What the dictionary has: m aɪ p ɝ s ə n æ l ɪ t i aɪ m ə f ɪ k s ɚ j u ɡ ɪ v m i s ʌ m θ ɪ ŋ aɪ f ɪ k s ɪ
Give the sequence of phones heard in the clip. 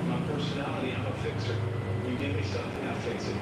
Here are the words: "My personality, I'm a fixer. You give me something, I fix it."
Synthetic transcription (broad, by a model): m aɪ p ɝ s ə n æ l ɪ t i aɪ m ə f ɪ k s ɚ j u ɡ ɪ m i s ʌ θ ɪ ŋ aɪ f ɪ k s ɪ